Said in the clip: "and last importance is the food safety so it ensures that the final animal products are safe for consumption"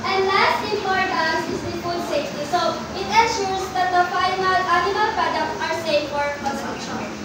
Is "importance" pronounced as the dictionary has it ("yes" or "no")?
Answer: no